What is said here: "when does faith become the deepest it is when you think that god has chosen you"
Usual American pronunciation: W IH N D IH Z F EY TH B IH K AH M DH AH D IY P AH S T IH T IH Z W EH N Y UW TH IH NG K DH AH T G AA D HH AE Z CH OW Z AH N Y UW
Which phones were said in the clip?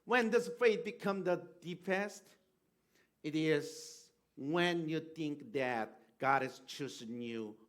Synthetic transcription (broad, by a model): W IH N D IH S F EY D B IH K AH M DH AH D IY P AH S T IH T IH Z W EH N Y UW TH IH NG K DH AH T G AA D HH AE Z CH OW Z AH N Y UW